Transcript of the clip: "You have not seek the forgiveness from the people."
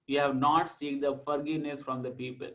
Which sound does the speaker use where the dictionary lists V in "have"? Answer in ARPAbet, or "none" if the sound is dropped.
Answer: V